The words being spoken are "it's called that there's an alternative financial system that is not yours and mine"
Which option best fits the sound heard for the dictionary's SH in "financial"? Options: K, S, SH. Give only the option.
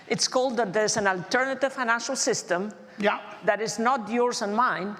SH